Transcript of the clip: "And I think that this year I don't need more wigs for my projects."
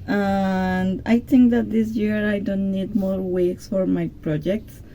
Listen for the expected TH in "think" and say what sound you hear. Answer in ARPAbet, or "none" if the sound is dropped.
T